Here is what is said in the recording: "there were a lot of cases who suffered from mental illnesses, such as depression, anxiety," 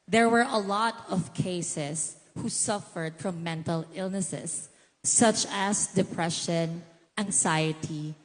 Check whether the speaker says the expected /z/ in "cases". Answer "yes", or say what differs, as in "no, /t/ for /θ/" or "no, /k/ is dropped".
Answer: no, /s/ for /z/